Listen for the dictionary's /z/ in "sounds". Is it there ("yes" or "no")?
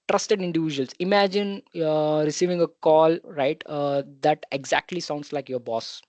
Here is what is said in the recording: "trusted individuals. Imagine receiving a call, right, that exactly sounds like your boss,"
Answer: no